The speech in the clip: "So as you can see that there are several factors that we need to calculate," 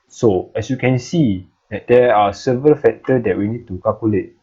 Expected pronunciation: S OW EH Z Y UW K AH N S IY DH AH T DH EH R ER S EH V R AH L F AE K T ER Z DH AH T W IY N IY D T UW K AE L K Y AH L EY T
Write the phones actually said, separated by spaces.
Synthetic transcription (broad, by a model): S OW EH S Y UW K AH N S IY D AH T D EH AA S EH V R AH L F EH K T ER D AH T W IY N IY D T UW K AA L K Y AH L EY T